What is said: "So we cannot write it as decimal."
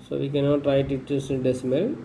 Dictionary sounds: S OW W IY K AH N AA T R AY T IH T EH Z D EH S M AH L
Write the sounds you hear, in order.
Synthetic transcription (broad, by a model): S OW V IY K AH N AA T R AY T IH T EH S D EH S M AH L